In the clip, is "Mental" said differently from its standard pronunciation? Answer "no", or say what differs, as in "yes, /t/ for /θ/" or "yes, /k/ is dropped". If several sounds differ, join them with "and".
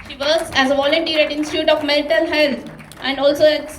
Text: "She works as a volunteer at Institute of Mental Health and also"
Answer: yes, /l/ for /n/